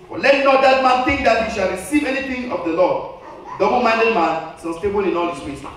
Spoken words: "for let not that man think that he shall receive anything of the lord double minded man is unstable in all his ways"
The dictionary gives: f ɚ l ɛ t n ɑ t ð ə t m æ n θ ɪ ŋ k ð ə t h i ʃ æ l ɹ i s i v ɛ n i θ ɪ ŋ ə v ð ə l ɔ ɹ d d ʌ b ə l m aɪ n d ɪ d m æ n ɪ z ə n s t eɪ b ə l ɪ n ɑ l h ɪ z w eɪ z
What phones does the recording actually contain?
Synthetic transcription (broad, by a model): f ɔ l ɛ t n ɑ t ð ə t m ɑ n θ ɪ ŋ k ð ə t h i ʃ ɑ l ɹ i s i v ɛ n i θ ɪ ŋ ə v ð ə l ɔ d d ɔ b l m aɪ n d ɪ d m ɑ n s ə s t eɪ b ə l ɪ n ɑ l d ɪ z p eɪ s